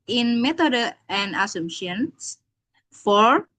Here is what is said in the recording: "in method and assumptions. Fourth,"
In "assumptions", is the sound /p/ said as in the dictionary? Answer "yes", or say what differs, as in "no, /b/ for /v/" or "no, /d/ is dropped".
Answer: no, /p/ is dropped